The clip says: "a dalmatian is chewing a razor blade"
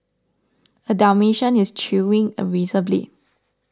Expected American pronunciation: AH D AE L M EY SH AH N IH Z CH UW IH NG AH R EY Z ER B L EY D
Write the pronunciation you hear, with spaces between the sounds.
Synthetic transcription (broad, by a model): AH D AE M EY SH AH N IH S CH UW IH NG AH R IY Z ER B L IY